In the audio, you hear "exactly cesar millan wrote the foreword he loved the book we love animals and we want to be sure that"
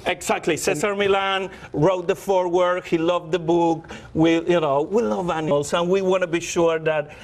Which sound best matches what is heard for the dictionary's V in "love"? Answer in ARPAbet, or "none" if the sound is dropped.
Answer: W